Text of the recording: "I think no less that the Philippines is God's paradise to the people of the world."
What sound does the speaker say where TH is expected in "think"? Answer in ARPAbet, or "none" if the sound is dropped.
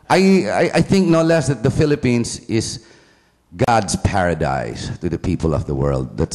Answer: TH